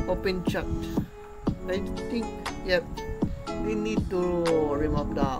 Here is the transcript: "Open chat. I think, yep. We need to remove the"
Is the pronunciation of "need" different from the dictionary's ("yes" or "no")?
no